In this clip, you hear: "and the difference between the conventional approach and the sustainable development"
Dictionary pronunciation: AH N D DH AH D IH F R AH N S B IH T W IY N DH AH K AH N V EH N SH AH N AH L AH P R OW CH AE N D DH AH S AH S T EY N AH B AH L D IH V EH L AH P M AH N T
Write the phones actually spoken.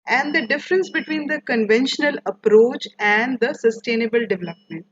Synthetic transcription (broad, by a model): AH N D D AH D IH F R AH N S B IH T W IY N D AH K AH N V EH N SH AH N AH L AH P R OW CH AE N D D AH S AH S T EY N AH B AH L D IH V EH L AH P M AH N T